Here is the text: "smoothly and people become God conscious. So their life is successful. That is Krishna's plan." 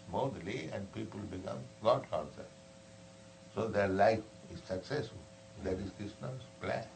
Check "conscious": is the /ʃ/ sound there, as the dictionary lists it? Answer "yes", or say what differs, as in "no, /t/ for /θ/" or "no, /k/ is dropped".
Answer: no, /s/ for /ʃ/